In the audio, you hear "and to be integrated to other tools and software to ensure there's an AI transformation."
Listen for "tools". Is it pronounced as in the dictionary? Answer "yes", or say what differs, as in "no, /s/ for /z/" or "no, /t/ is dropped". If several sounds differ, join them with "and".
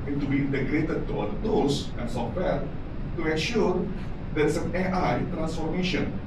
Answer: no, /s/ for /z/